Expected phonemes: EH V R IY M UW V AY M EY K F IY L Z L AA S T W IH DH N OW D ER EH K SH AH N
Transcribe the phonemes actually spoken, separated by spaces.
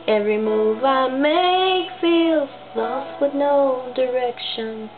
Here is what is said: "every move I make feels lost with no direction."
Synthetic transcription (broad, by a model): EH V R IY M UW V AY M EY K F IY L S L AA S W IH DH N OW D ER EH K SH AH N